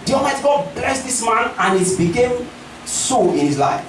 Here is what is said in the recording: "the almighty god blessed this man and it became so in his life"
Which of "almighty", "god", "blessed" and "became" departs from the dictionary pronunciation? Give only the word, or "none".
almighty